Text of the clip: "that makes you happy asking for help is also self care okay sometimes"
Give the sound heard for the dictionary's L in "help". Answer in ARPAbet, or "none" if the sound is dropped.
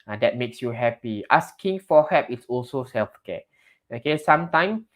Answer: none